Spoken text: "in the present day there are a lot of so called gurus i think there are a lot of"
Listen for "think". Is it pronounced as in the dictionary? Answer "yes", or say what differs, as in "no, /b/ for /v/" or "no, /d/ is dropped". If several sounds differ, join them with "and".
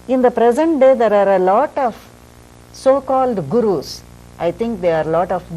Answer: no, /t/ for /θ/